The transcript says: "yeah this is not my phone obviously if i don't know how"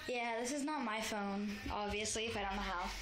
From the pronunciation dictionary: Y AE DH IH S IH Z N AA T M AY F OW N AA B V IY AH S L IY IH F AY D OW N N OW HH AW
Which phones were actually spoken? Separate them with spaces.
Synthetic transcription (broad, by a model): Y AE DH IH S IH Z N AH T M AY F OW N AA B V IY AH S L IY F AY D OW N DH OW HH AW